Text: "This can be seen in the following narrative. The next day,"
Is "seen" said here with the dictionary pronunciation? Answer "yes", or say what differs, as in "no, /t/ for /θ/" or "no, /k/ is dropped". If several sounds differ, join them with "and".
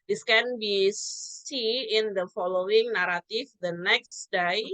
no, /n/ is dropped